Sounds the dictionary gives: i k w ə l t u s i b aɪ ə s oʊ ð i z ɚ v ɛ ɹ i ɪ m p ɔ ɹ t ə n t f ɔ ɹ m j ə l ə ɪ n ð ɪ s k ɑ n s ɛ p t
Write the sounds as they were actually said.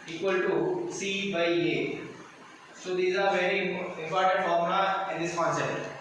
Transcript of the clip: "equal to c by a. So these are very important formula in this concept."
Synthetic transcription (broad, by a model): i k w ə l t u s i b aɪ ə s oʊ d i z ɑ v ɛ ɹ i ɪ m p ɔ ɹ t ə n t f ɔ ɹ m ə ə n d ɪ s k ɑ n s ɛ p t